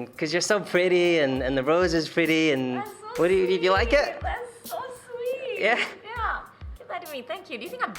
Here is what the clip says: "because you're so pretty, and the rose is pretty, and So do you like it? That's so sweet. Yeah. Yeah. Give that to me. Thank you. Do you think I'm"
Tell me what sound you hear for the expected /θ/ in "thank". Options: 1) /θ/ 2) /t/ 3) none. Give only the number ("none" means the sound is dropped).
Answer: 1